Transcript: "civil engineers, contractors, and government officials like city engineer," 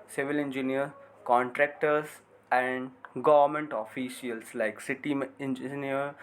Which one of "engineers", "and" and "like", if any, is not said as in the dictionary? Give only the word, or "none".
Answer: engineers